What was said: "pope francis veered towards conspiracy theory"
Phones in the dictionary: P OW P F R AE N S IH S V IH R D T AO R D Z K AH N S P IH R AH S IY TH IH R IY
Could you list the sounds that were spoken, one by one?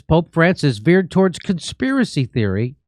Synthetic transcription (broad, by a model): P OW P F R AE N S IH S V IH R D T AO R D Z K AH N S P IH R AH S IY TH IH R IY